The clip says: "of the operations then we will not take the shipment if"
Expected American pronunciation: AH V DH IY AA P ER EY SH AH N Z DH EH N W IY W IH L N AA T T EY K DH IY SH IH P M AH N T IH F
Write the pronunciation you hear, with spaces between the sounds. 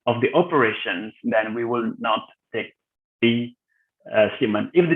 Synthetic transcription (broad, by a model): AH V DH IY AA P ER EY SH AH N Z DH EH N W IY W IH L N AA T T EY K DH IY S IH M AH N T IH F